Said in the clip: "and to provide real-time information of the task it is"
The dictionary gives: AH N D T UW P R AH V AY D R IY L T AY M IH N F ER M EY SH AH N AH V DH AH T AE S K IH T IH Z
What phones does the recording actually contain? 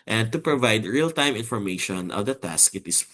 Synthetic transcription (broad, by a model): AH N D T UW P R AH V AY D R IY L T AY M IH N F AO M EY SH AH N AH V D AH T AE S K IH T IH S